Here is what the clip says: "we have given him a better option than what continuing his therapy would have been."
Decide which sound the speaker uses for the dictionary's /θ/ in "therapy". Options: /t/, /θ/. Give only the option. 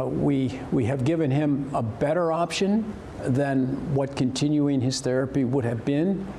/θ/